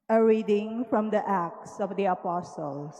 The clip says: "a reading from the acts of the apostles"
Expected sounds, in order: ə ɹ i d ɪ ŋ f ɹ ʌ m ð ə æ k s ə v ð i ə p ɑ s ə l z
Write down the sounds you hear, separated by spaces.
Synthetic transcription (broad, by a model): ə ɹ i d ɪ ŋ f ɹ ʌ m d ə æ k s ə v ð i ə p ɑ s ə l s